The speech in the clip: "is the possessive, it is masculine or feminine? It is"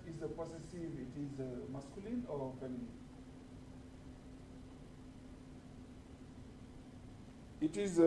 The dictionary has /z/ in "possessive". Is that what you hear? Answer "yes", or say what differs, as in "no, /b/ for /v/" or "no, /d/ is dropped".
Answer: no, /s/ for /z/